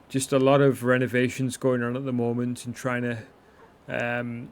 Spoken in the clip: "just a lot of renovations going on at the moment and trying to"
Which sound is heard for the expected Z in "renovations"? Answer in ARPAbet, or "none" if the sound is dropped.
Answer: Z